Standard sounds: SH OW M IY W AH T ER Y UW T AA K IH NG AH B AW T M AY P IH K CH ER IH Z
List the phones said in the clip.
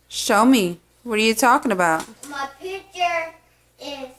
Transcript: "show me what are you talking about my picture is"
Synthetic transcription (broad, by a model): SH OW M IY W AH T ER Y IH T AA K IH NG AH B AW T M AY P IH CH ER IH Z